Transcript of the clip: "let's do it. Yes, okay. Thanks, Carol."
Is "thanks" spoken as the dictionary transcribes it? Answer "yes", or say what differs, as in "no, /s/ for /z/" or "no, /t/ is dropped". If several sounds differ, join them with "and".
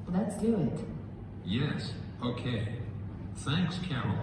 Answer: yes